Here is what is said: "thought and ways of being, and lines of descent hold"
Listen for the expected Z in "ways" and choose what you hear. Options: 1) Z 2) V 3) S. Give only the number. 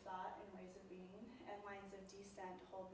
1